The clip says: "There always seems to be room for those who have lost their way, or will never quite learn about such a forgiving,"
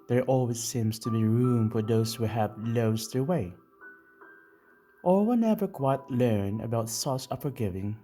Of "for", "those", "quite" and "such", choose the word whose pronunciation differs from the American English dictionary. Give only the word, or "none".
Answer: such